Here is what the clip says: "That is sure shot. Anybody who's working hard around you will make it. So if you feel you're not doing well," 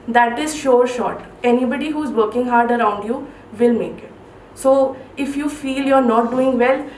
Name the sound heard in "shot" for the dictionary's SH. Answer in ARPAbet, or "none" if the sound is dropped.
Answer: SH